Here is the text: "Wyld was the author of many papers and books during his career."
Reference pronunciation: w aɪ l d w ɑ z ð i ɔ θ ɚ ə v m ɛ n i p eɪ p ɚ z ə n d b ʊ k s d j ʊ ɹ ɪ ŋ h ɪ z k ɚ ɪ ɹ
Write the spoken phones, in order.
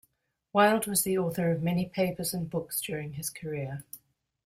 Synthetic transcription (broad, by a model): w aɪ l d w ɑ z ð i ɔ θ ɚ ə v m ɛ n i p eɪ p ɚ z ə n b ʊ k s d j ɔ ɹ ɪ ŋ ɪ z k ɚ ɪ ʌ